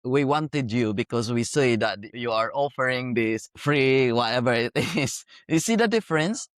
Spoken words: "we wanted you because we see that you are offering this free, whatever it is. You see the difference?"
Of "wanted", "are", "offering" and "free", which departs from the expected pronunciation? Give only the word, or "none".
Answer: none